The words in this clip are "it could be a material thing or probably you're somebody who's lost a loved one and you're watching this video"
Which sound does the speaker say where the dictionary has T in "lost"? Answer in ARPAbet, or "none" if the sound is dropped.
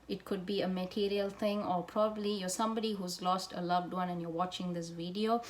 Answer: T